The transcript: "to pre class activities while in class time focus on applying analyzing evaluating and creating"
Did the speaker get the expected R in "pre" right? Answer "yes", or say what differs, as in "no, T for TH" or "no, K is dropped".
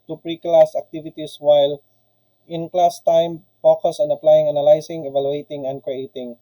yes